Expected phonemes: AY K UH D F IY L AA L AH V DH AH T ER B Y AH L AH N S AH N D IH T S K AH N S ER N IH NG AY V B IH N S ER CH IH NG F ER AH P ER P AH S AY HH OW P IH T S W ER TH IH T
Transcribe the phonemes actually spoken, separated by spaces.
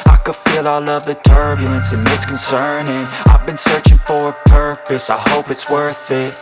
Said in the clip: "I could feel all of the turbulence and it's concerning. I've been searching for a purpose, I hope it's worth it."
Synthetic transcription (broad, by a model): AY K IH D F IY L AA L AH V DH AH T ER B Y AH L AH N S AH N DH IH T S K N S ER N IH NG AY V B IH N S ER CH IH NG F ER AH P ER P AH S AY HH OW P IH T S W ER TH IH T